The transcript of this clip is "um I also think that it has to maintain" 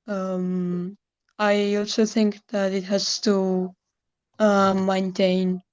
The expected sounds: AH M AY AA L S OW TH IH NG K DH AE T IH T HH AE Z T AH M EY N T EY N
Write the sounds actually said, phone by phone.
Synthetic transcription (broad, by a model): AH M AY AA L S OW TH IH NG K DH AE T IH T HH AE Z T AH M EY N T EY N